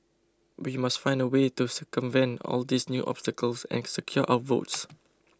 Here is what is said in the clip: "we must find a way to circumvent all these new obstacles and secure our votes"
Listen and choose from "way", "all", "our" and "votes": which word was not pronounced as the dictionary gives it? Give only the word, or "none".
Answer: our